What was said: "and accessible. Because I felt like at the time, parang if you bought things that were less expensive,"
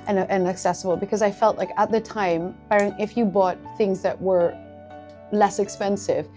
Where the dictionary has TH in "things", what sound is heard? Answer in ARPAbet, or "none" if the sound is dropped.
TH